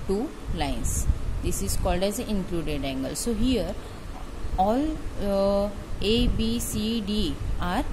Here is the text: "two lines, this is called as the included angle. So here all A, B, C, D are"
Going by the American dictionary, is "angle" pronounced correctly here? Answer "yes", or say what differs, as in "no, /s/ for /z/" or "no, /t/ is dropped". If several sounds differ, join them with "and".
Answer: yes